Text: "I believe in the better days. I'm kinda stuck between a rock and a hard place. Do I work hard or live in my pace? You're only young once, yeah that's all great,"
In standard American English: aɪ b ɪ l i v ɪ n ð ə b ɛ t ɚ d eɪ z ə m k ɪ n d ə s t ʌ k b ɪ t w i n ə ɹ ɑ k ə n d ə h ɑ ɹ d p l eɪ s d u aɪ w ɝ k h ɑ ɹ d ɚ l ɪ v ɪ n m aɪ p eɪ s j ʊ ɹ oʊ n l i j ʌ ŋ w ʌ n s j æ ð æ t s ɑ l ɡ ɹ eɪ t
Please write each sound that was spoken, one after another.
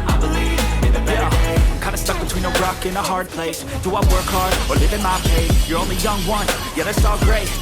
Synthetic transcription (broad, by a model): aɪ b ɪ l i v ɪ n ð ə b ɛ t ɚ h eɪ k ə ɪ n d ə s t ʌ k b ɪ t w i n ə ɹ ɑ k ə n ə h ɑ ɹ d p l eɪ s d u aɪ w ɝ k h ɑ ɹ d ɚ l ɪ v ɪ n m aɪ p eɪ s j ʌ ɹ oʊ n l i j ʌ ŋ w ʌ n j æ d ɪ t s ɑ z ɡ ɹ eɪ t